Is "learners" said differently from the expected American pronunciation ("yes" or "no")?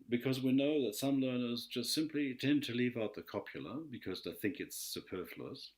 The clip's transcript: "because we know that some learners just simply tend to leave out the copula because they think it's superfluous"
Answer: no